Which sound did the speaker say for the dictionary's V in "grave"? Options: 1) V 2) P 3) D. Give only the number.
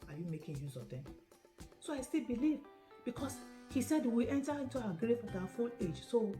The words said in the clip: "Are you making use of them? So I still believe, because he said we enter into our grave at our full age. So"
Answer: 2